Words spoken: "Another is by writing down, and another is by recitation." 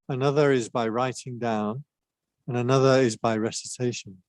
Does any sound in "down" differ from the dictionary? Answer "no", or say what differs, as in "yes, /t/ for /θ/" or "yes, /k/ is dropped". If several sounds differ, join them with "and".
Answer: no